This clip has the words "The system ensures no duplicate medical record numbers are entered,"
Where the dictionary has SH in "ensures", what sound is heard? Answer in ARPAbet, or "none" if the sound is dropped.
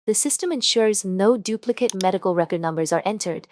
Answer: SH